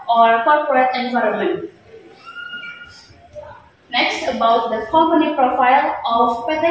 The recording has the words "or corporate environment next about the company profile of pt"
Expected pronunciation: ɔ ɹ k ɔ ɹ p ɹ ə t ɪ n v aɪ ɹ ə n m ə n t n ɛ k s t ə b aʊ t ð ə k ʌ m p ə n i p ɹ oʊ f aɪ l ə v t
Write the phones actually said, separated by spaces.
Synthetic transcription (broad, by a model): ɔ ɹ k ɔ ɹ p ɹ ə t ɪ n v aɪ ɹ ə n m ə n t n ɛ k s t ə b aʊ t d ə k ʌ m p ə n i p ɹ oʊ f aɪ l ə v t